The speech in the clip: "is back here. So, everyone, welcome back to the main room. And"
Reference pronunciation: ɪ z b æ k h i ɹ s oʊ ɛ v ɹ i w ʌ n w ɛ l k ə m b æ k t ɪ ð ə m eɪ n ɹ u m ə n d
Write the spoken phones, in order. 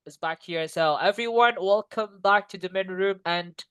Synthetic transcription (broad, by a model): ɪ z b æ k h i ɹ s oʊ ɛ v ɹ i w ʌ n w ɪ l k ə m b æ k t ɪ ð ə m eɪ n ɹ u m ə n